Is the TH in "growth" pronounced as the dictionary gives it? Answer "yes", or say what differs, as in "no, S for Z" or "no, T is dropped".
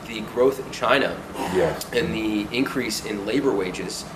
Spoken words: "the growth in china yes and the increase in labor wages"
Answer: yes